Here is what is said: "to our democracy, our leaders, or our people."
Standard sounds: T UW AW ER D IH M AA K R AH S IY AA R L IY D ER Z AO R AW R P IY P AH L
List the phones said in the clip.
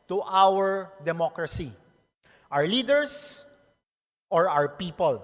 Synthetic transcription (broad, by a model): T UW AW ER D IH M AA K R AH S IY AA R L IY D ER S AO R AW R P IY P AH L